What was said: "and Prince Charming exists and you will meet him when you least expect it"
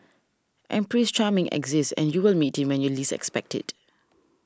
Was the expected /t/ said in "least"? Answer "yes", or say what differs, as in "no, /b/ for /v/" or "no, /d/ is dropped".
no, /t/ is dropped